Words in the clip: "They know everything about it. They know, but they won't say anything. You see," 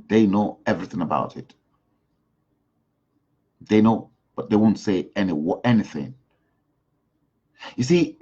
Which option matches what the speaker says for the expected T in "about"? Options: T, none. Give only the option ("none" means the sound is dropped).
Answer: T